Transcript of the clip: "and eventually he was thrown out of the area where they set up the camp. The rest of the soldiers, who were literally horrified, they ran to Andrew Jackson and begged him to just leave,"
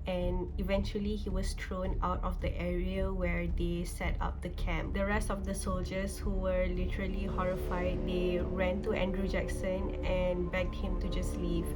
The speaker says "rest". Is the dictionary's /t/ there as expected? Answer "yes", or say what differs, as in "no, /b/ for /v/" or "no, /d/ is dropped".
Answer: yes